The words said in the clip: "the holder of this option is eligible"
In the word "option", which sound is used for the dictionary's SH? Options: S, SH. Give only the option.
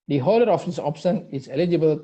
S